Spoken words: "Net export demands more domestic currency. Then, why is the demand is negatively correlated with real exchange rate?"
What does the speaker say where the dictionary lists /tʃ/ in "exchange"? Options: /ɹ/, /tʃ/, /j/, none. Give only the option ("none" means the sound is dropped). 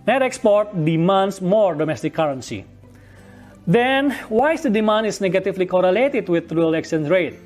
none